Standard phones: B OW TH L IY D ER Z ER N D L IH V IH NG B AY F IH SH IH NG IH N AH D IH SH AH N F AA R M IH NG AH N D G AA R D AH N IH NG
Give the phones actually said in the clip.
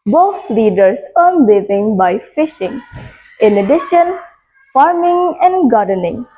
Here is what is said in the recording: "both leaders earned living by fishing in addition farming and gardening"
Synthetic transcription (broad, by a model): B OW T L IY D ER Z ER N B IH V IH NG B AY F IH SH IH NG IH N AH D IH SH AH N F AA R M IH NG AH N D G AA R D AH N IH NG